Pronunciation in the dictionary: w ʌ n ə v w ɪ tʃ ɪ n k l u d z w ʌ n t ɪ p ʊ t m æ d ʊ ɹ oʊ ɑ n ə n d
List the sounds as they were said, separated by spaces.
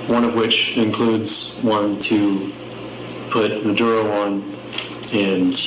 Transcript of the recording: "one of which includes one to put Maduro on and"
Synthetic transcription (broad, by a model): w ʌ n ə v w ɪ tʃ ɪ n k l u d z w ʌ n t ɪ p ʊ t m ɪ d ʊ ɹ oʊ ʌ n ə n